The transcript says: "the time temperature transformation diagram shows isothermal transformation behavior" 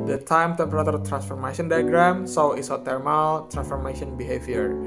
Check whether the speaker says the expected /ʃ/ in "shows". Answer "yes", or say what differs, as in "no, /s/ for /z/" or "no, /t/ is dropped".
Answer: no, /s/ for /ʃ/